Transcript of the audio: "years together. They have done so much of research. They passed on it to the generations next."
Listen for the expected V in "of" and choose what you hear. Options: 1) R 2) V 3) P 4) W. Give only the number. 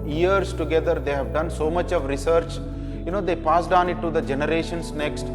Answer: 2